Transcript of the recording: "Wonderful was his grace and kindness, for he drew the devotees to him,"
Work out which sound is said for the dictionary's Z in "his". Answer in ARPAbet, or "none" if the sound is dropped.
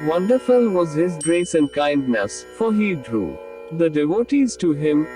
Z